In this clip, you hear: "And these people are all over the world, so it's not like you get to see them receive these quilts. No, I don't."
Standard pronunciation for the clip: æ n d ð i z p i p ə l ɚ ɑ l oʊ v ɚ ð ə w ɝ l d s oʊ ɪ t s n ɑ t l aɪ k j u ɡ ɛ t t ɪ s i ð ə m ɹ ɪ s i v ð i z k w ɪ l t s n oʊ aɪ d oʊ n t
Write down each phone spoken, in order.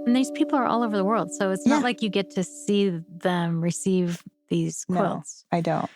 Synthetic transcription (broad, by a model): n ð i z p i p l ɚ ɑ l oʊ v ɚ ð ə w ɝ l d s oʊ ɪ t s n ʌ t l aɪ k j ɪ ɡ ɛ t t ɪ s i ð ə m ɹ ɪ s i v ð i z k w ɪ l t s aɪ d oʊ n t